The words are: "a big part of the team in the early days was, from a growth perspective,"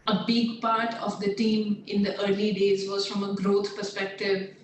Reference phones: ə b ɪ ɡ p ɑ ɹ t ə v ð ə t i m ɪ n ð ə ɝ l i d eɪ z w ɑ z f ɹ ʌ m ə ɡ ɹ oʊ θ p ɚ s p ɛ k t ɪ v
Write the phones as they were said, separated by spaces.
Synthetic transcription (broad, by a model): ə b ɪ ɡ p ɑ ɹ t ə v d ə t i m ɪ n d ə ɝ l i d eɪ z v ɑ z f ɹ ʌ m ə ɡ ɹ oʊ t p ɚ s p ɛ k t ɪ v